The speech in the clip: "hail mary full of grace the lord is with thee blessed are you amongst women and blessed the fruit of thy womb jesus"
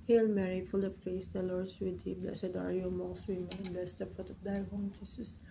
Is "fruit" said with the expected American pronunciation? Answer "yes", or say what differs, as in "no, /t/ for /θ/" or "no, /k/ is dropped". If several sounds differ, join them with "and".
no, /p/ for /f/